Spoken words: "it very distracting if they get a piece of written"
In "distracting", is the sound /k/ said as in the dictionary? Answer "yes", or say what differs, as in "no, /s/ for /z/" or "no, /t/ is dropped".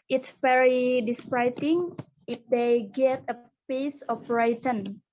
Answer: no, /k/ is dropped